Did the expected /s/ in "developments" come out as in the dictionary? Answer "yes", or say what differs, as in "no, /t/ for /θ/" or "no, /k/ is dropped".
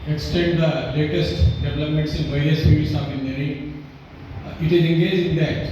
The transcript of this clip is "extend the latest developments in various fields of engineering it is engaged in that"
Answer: yes